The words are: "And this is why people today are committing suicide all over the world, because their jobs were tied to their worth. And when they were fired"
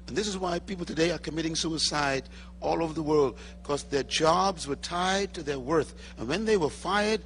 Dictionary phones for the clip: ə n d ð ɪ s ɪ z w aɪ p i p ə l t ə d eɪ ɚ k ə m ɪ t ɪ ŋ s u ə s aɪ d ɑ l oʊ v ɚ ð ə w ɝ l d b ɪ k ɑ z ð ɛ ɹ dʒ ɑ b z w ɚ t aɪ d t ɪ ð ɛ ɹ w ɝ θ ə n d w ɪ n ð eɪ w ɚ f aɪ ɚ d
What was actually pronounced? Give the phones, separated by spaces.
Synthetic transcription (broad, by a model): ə n ð ɪ s ɪ z w aɪ p i p l t ə d eɪ ɚ k ə m ɪ t ɪ ŋ s u ə s aɪ d ɑ l oʊ v ɚ ð ə w ɝ l d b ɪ k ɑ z ð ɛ ɹ dʒ ɑ b z w ɚ t aɪ d t ɪ ð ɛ ɹ w ɝ θ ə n w ɪ n ð eɪ w ɚ f aɪ ɚ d